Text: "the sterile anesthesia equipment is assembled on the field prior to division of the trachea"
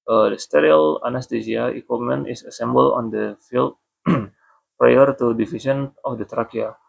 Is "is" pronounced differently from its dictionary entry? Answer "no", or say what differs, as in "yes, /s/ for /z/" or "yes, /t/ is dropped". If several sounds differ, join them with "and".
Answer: yes, /s/ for /z/